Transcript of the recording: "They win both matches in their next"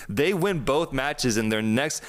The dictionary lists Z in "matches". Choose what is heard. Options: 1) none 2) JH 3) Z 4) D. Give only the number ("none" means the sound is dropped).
3